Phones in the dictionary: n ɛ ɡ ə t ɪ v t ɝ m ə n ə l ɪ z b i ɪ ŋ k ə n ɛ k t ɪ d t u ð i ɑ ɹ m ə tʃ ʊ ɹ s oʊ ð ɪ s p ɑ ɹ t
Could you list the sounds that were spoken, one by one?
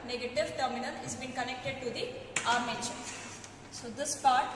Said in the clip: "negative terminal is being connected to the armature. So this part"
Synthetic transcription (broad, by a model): n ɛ ɡ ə t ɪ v t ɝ m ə n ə n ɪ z b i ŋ k ə n ɛ k t ɪ d t u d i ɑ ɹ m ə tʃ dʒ s oʊ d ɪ s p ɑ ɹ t